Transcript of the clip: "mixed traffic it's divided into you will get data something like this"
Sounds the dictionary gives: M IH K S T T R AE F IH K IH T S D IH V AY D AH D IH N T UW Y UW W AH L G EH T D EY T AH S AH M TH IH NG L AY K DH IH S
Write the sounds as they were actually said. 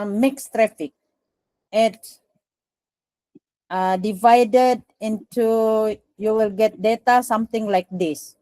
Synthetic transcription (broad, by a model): M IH K S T T R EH F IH K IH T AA D IH V AY D AH D IH N T UW Y UW W AH L G EH T D EY T AH S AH M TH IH NG L AY K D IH S